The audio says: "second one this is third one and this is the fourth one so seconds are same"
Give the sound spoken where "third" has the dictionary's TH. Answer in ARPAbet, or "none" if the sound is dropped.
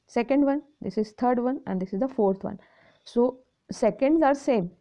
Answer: T